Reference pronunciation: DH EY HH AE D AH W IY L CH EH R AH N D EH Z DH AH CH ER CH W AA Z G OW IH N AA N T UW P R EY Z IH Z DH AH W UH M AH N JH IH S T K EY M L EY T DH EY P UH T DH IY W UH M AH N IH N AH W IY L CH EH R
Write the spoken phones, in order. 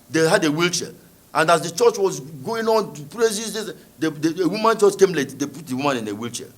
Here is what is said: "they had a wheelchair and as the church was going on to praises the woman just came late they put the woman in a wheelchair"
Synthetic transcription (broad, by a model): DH EY HH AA D AH W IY L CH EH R AH N D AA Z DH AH CH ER CH W AA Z G OW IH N AA N T UW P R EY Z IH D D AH W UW M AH N CH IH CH K EY M L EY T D EY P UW T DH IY W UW M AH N IH N AH W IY L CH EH